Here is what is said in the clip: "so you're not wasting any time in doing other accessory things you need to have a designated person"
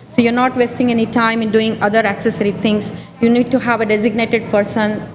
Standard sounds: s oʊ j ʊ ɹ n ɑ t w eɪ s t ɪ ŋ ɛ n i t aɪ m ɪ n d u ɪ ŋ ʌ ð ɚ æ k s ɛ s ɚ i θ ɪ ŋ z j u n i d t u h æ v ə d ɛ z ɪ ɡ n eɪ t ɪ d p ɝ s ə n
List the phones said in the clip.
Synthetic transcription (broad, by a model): s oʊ j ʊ ɹ n ɑ t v eɪ s t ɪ ŋ ɛ n i t aɪ m ɪ n d u ɪ ŋ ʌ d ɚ æ k s ɛ s ɚ i t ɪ ŋ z j u n i d t u h æ v ə d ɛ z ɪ ɡ n eɪ t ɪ d p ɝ s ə n